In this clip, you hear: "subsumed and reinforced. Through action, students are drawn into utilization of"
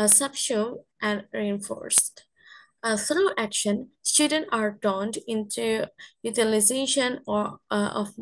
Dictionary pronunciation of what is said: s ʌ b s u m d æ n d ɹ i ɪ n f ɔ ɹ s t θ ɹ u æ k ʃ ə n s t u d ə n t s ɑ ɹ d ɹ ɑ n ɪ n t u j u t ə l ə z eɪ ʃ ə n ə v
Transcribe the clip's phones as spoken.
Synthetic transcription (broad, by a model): s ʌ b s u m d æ n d ɹ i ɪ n f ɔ ɹ s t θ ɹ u æ k ʃ ə n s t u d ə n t ɑ ɹ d ɑ n ɪ n t u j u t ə l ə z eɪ ʃ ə n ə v